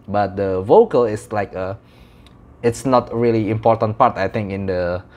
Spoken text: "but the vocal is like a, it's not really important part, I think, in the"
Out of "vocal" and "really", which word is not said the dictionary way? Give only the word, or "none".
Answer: none